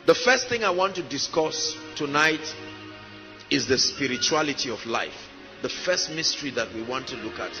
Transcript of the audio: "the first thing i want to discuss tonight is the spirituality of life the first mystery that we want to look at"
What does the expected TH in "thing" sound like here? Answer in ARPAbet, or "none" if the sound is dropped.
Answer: TH